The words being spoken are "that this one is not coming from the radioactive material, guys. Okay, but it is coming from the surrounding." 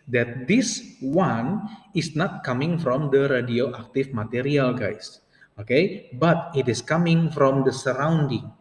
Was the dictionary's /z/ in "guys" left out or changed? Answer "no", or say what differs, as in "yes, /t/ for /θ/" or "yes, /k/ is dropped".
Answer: yes, /s/ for /z/